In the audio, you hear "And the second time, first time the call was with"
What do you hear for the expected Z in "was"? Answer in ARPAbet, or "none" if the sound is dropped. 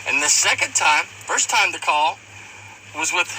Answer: Z